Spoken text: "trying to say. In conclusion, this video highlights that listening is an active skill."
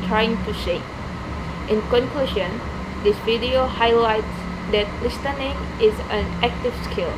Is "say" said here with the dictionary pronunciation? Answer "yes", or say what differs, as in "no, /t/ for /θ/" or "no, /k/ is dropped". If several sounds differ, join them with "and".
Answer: no, /ʃ/ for /s/